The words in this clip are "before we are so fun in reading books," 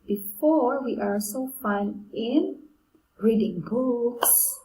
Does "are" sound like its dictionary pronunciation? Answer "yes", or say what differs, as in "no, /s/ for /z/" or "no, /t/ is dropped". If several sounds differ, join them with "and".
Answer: no, /l/ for /ɹ/